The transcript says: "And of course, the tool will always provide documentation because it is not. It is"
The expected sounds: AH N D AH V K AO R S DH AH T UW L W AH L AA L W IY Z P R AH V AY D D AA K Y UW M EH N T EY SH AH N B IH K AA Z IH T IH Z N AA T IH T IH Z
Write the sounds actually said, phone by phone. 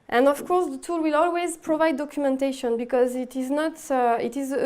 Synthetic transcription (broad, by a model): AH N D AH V K AO R S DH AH T UW L W AH L AA L W IY Z P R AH V AY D D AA K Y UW M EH N T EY SH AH N B IH K AA Z IH T IH Z N AA T IH T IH Z